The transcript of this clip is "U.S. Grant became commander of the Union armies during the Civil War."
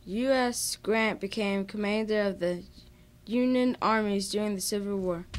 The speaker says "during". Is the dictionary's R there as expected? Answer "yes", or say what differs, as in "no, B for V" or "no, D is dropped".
yes